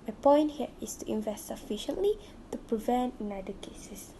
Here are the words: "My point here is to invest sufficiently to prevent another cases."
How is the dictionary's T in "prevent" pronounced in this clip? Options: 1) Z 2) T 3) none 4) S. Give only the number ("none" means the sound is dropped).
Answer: 2